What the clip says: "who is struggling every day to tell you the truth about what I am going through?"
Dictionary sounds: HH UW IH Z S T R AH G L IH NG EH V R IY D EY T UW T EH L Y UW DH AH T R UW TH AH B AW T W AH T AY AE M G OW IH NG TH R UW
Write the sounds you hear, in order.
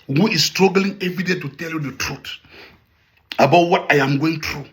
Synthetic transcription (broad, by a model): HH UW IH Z S T R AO G L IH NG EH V IY D EY T UW T EH L Y UW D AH T R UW T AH B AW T W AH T AY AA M G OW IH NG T R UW